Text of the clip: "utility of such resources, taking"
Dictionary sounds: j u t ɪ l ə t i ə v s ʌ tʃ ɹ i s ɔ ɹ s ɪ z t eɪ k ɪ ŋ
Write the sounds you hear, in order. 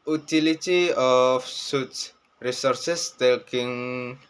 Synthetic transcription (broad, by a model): u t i l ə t i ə f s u s ɹ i s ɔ ɹ s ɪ s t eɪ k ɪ ŋ